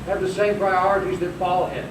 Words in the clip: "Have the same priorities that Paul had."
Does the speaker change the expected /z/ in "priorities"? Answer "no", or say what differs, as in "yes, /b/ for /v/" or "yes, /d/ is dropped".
no